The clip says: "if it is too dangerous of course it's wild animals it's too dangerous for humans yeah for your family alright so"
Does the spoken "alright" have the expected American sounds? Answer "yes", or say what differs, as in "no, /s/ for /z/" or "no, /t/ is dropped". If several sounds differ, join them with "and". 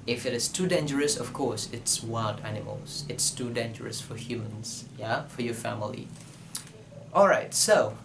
yes